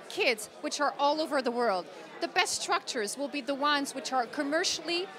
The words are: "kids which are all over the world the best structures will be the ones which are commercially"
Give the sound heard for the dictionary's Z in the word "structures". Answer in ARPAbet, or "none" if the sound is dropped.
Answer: Z